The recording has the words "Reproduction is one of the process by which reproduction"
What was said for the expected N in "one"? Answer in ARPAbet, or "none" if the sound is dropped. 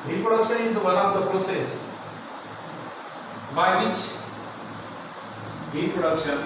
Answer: L